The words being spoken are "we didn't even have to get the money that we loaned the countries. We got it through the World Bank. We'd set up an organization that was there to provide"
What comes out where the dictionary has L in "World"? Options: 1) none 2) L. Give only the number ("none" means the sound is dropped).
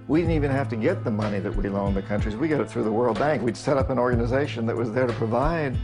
2